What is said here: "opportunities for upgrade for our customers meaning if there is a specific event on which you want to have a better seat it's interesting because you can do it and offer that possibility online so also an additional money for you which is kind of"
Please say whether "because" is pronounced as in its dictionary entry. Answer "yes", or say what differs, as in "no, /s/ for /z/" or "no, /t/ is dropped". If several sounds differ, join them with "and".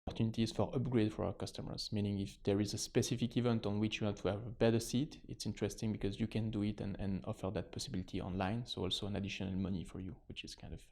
yes